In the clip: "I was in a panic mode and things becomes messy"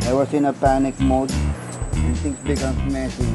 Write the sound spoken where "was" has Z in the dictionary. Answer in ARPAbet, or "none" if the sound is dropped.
S